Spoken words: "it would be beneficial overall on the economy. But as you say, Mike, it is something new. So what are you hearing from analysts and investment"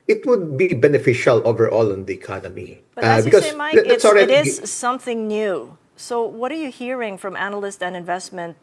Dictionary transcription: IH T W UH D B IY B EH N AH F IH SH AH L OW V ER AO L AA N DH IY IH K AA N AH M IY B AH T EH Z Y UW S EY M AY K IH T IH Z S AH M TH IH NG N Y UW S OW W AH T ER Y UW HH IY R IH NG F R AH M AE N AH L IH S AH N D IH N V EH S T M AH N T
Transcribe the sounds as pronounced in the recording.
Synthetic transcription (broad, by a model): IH T W UH D B IY B EH N AH F IH SH AH L OW V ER AO L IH N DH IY IH K AA N AH M IY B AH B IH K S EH S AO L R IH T IH Z S AH M TH IH NG N Y UW S OW W AH T ER Y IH HH IY R IH NG F R AH M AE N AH L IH S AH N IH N V EH S T M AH N T